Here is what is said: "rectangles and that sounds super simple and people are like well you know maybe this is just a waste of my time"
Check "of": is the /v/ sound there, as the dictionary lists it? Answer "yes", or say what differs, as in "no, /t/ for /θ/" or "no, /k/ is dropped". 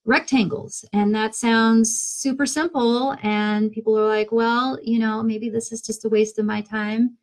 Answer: yes